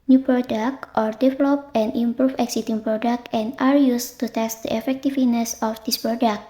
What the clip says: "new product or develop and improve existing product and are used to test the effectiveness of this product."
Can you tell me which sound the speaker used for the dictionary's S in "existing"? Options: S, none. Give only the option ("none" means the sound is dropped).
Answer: none